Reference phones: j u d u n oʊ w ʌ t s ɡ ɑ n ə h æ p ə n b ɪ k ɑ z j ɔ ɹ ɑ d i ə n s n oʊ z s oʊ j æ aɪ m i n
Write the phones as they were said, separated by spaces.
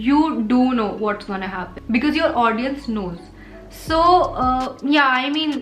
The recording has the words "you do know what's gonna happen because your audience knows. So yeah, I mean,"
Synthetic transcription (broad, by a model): j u d u n oʊ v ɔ t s ɡ ɑ n ə h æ p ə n b ɪ k ɑ z j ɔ ɹ ɑ d i ə n s n oʊ z s oʊ j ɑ aɪ m i n